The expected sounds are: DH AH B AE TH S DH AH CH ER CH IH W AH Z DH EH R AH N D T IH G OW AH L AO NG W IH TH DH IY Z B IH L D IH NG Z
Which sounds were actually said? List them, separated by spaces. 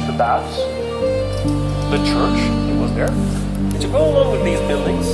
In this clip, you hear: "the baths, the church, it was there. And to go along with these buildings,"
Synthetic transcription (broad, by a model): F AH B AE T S DH AH CH ER CH IH W AH Z DH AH R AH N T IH G OW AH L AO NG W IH DH IY Z B IH L D IH NG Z